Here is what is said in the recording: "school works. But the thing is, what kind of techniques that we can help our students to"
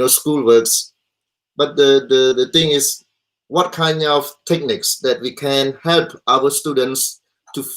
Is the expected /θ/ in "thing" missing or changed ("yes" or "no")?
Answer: yes